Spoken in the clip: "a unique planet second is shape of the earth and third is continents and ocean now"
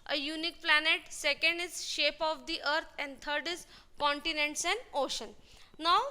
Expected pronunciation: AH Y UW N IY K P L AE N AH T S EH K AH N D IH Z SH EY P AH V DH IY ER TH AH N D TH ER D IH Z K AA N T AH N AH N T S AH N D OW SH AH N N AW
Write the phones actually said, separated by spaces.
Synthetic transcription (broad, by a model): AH Y UW N IY K P L AE N AH T S EH K AH N D IH Z SH EY P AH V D IY ER T AH N D T ER D IH Z K AA N T AH N AH N T S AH N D OW SH AH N N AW